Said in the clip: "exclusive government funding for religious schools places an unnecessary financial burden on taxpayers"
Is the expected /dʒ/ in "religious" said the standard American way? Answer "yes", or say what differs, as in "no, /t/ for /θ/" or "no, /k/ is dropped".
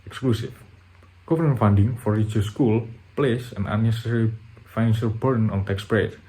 no, /dʒ/ is dropped